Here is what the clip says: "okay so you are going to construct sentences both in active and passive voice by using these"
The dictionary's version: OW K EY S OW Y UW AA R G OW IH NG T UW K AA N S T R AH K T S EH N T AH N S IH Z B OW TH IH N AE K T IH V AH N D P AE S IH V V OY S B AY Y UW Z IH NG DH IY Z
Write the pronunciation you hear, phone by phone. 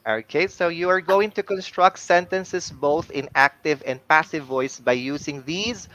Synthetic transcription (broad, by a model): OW K EY S OW Y UW AA R G OW IH NG T UW K AA N S T R AH K T S EH N T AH N S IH S B OW TH IH N AE K T IH V AH N D P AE S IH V V OY S B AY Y UW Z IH NG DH IY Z